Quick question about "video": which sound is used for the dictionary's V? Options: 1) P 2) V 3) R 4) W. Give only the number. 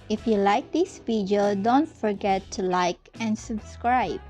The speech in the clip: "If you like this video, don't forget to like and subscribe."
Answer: 1